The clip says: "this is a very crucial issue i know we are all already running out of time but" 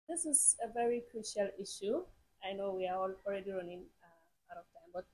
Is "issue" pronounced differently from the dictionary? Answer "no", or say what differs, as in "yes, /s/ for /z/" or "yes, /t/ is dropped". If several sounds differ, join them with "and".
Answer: no